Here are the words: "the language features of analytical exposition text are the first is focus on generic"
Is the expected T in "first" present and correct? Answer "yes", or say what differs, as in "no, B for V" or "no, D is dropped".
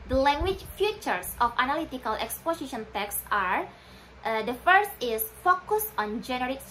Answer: yes